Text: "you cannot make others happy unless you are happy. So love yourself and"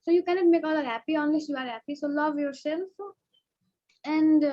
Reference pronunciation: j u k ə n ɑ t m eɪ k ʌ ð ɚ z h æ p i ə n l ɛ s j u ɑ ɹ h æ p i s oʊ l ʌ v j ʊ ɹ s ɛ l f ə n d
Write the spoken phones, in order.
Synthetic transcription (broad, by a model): j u k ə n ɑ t m eɪ k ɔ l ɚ h æ p i ə n l ɛ s j u ɑ ɹ h æ p i s oʊ l ʌ v j ʊ ɹ s ɛ l f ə n d